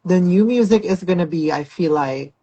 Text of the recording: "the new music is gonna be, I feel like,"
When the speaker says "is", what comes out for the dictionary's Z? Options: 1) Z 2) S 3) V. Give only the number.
1